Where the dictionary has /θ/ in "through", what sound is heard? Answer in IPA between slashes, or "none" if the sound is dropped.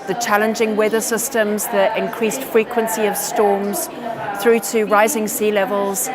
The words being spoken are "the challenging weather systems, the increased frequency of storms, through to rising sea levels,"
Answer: /θ/